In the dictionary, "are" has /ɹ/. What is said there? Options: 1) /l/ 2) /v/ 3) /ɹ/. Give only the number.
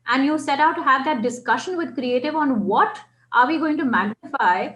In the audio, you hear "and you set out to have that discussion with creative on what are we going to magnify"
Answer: 3